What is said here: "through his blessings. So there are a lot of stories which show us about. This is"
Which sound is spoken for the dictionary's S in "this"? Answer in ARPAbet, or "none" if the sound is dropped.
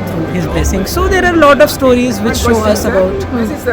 none